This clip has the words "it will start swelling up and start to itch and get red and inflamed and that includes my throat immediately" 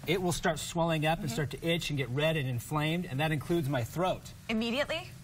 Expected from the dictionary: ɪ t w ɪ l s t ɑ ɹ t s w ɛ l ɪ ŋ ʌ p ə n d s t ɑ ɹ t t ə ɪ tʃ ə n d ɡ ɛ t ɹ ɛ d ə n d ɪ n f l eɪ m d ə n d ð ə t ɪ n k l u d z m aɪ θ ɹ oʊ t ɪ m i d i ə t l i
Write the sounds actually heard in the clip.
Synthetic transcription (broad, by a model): ɪ t w ɪ l s t ɑ ɹ t s w ɛ l ɪ ŋ ʌ p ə n s t ɑ ɹ t t ɪ tʃ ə n ɡ ɛ t ɹ ɛ d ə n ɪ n f l eɪ m d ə n ð ə t ɪ n k l u d z m aɪ θ ɹ oʊ t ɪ m i d i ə t l i